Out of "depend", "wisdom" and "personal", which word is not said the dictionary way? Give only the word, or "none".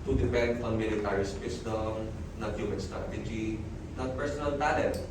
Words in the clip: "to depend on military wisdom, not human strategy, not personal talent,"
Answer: wisdom